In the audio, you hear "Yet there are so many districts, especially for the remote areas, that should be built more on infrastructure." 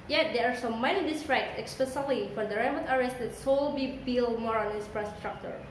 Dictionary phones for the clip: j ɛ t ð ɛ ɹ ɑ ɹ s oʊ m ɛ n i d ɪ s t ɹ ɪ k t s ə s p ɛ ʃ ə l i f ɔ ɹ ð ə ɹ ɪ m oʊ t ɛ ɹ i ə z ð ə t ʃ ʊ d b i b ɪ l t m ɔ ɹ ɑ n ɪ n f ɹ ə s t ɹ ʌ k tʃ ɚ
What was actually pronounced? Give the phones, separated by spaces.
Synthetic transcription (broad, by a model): j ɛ t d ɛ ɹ ɑ ɹ s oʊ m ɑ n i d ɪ s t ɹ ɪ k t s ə s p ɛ s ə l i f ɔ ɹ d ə ɹ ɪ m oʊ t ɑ ɹ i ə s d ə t s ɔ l b i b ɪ l m ɔ ɹ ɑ n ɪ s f ɹ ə s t ɹ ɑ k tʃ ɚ